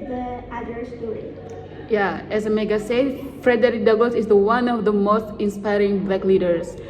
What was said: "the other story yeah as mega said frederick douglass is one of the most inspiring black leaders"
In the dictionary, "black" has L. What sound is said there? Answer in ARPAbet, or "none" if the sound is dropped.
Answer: none